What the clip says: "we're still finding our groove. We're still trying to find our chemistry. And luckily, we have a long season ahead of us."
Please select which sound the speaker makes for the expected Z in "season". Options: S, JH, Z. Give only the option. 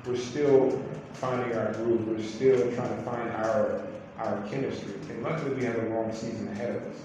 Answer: Z